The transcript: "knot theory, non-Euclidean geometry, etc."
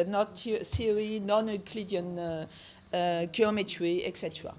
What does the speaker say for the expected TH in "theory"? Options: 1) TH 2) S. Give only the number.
2